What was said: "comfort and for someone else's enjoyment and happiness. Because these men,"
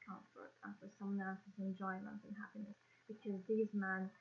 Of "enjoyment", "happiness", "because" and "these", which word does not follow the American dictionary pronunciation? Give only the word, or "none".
none